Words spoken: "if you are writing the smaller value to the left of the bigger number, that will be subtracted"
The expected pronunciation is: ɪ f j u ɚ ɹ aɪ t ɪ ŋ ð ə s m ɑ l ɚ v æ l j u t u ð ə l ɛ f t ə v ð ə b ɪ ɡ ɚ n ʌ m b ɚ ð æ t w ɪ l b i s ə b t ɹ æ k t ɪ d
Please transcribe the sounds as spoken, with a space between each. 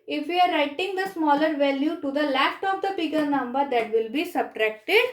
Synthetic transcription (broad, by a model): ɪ f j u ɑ ɹ aɪ t ɪ ŋ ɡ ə s m ɑ l ɚ v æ l j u t u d ə l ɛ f t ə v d ə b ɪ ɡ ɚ n ʌ m b ɚ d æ t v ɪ l b i s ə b t ɹ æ k t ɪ d